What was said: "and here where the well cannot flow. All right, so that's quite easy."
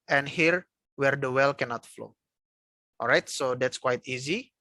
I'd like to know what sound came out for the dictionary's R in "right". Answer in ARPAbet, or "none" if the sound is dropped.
R